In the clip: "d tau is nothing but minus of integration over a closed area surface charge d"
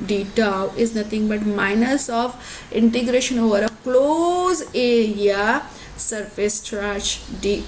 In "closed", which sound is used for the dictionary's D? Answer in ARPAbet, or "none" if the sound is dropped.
none